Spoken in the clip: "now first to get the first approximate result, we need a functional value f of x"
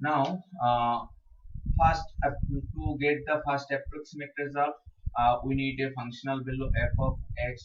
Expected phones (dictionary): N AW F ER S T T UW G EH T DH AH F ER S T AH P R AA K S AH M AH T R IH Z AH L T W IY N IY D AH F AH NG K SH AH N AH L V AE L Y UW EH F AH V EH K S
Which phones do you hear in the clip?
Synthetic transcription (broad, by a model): N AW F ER S T T UW G EH T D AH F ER S T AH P R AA K S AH M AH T R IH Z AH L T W IY N IY D AH F AH NG K SH AH N AH L B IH L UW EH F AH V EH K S